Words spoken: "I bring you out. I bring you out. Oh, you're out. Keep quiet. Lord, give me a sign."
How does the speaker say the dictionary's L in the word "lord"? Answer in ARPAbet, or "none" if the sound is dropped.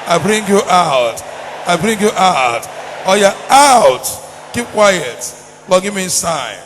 W